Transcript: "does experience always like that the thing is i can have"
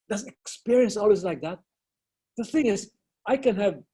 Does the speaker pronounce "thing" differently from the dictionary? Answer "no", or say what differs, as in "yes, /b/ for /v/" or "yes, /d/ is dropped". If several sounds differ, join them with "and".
no